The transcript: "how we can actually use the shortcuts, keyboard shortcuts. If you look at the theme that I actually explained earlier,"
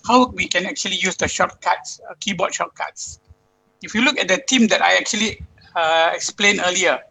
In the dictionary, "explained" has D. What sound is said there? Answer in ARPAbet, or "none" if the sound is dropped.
none